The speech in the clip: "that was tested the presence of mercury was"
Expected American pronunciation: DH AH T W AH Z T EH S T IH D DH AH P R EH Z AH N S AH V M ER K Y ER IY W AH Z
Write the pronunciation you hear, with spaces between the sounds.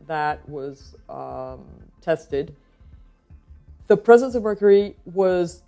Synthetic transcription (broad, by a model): DH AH T W AH Z T EH S T IH D DH AH P R EH Z AH N S AH V M ER K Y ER IY W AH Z